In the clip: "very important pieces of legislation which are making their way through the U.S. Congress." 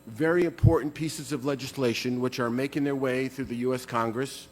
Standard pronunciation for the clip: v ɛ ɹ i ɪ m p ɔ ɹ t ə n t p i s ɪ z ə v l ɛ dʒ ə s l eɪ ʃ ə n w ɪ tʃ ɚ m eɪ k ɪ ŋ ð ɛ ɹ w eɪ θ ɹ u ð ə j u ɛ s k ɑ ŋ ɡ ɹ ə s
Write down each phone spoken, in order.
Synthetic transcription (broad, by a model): v ɛ ɹ i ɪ m p ɔ ɹ t n p i s ɪ z ə v l ɛ dʒ ə s l eɪ ʃ ə n w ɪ tʃ ɚ m eɪ k ɪ ŋ ð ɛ ɹ w eɪ θ ɹ u ð ə j u ɛ s k ɑ ŋ ɡ ɹ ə s